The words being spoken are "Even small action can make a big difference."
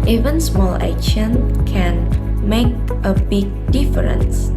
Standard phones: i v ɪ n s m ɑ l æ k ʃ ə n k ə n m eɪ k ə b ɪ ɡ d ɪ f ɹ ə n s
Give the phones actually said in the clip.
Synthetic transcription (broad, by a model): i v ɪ n s m ɑ l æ ʃ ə n k ə n m eɪ k ə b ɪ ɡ d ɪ f ɹ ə n s